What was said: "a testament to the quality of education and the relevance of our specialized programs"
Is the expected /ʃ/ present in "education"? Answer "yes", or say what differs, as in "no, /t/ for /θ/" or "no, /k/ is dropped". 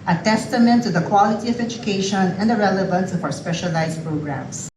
yes